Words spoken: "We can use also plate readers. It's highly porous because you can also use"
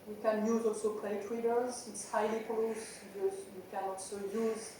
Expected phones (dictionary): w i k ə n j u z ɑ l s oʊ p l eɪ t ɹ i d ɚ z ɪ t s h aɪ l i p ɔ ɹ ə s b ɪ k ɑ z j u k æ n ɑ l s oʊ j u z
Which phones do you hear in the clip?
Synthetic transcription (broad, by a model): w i k ə n j u z ɑ l s oʊ p l eɪ t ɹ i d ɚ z ɪ t s h aɪ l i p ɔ l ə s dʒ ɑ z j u k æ n ɑ l s oʊ j u z